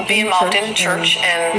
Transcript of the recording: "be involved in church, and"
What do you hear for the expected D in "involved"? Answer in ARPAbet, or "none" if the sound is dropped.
D